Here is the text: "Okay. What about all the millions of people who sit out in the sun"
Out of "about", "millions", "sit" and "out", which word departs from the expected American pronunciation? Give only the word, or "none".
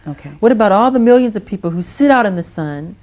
none